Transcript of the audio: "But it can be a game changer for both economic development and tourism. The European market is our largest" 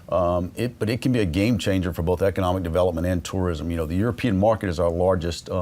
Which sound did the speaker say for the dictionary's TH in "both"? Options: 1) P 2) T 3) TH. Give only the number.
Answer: 3